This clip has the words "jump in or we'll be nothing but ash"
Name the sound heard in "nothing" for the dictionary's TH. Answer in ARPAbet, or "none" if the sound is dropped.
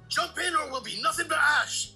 TH